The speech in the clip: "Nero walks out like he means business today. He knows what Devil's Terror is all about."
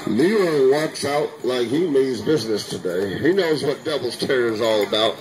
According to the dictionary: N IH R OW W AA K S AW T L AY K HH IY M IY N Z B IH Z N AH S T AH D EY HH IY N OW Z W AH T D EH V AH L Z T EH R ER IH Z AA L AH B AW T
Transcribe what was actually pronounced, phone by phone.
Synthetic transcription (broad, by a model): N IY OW W AA K S AW T L AY K HH IY M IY Z B IH Z N AH S T AH D EY HH IY N OW Z W AH T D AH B L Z T EH R ER Z AA L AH B AW T